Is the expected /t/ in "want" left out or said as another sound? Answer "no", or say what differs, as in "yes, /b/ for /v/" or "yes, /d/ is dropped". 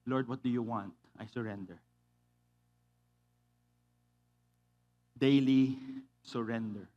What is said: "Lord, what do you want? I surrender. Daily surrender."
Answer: no